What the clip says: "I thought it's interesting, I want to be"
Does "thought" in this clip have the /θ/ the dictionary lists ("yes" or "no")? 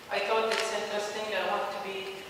no